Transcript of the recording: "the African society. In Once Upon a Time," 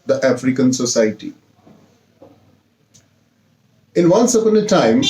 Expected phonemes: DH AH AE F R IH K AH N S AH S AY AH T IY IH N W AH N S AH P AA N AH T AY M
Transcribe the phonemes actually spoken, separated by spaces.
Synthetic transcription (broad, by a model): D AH AE F R IH K AH N S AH S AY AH T IY IH N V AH N S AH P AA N AH T AY M